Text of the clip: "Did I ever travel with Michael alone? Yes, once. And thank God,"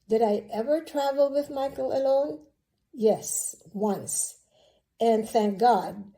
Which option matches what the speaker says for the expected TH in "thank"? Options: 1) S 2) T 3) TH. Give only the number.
3